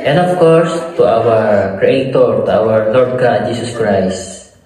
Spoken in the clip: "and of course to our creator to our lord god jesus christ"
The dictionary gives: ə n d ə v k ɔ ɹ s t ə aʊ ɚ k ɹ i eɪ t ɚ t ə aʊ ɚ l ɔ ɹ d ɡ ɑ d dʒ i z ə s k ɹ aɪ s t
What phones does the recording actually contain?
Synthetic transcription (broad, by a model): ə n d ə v k ɔ ɹ s t ə aʊ ɚ k ɹ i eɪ t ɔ t ə aʊ ɚ l ɔ ɹ d ɡ ɑ d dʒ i s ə s k ɹ aɪ s t